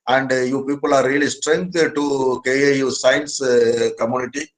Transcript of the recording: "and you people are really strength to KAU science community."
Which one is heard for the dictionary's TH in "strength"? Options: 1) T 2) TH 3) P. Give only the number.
1